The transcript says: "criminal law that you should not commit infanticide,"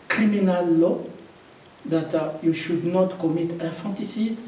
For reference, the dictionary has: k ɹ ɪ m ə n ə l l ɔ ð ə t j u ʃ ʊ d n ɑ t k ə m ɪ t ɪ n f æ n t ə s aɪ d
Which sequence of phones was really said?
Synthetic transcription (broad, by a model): k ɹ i m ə n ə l l ɔ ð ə t j u ʃ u d n ɑ t k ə m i t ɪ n f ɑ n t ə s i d